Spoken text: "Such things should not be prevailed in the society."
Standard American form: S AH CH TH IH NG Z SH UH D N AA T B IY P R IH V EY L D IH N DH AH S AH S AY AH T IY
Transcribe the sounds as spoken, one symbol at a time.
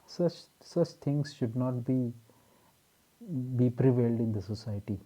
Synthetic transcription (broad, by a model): S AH CH T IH NG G SH UH D N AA T B IY P R IH V EY L D IH N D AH S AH S AY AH T IY